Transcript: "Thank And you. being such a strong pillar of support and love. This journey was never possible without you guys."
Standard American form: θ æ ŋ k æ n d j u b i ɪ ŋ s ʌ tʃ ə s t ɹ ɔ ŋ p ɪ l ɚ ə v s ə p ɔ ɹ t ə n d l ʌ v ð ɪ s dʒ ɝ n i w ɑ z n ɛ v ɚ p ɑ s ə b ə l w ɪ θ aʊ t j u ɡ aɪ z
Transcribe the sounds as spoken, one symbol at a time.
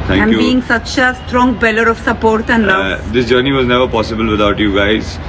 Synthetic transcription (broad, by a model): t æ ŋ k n j u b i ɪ ŋ s ʌ tʃ ə s t ɹ ɔ ŋ b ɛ l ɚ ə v s ə p ɔ ɹ t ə n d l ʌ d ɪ s dʒ ɝ n i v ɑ z n ɛ v ɚ p ɑ s ə b ə l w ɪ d aʊ t j u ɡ aɪ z